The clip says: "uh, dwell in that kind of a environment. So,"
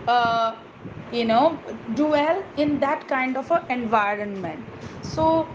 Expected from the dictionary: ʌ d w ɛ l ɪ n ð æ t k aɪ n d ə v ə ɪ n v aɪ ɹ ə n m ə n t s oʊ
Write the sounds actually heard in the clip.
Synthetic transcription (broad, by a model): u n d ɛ l ɪ n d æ t k aɪ n d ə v ə ɪ n v aɪ ɹ ə n m ə n t s oʊ